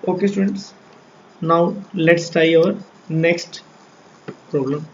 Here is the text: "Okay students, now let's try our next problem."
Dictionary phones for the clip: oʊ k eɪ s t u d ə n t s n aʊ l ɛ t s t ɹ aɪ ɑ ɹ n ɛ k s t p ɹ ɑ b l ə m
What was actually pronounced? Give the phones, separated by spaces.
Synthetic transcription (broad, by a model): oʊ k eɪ s t u d ə n t s n aʊ l ɛ t s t aɪ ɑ ɹ n ɛ k s t p ɹ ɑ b l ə m